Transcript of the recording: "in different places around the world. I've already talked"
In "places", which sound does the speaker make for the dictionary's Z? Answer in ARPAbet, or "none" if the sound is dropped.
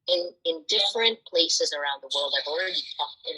Z